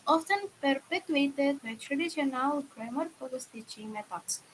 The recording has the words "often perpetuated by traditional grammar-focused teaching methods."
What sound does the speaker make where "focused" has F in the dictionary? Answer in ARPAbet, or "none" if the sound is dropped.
P